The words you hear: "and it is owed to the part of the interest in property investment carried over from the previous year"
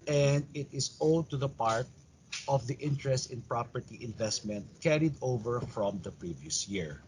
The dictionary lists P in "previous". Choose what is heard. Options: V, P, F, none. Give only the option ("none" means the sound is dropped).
P